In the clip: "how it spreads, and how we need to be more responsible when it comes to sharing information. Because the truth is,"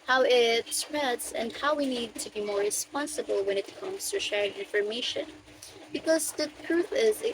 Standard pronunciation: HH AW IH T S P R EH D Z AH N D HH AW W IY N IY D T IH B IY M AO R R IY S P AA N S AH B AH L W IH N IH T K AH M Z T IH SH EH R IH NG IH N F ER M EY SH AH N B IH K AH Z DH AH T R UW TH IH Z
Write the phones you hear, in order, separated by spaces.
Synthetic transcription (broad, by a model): HH AW IH T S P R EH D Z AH N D HH AW W IY N IY D T IH B IY M AO R R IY S P AA N S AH B L W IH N IH T K AH M Z T IH SH EH R IH NG IH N F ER M EY SH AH N B IH K AH Z DH AH T R UW TH IH Z